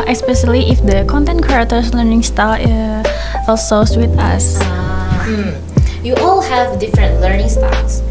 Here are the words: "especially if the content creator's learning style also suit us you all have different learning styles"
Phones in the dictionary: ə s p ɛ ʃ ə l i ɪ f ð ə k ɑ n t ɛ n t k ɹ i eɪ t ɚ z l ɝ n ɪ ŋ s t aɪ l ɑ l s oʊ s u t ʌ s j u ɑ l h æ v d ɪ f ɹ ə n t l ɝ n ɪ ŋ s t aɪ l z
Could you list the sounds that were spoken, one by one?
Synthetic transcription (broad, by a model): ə s p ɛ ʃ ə l i ɪ f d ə k ɑ n t ɛ n t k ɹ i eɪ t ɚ s l ɝ n ɪ ŋ s t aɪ ɑ l s oʊ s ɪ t ʌ s j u ɑ l h æ v d ɪ f ɹ ə n t l ɝ n ɪ ŋ s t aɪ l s